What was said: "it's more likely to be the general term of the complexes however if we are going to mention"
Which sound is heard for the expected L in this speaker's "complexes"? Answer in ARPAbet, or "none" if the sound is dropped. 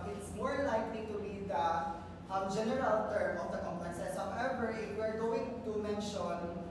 none